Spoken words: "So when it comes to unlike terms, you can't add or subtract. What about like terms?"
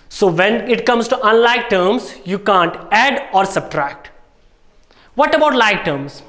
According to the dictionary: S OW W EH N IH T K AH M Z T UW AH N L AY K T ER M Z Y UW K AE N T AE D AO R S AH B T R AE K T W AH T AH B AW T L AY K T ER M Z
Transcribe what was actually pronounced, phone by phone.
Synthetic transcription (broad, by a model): S OW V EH N IH T K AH M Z T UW AH N L AY K T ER M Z Y UW K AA N T AE D AO R S AH B T R AE K T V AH T AH B AW T L AY K T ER M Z